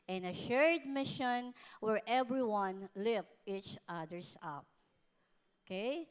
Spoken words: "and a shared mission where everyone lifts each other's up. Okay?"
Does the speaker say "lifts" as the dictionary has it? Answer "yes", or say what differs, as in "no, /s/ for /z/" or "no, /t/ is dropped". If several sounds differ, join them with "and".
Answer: no, /s/ is dropped